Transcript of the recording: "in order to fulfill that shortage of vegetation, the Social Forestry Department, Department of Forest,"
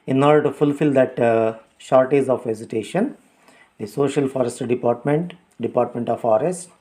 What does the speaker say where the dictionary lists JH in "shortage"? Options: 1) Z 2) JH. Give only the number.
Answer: 1